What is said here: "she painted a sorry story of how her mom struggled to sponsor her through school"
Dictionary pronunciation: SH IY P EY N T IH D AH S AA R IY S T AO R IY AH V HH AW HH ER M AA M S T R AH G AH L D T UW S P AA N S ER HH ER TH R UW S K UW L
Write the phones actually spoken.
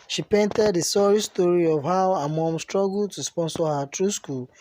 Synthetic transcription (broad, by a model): SH IY P EY N T IH D AH S AA R IY S T AO R IY AH V HH AW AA M AA M S T R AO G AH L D T UW S P AA N S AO HH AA T R UW S K UW L